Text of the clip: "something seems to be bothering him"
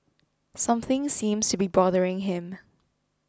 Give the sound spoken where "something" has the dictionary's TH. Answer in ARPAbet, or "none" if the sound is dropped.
TH